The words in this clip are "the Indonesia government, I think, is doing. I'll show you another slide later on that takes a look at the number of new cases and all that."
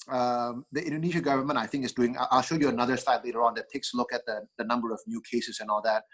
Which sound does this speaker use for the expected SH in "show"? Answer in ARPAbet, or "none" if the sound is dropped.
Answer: SH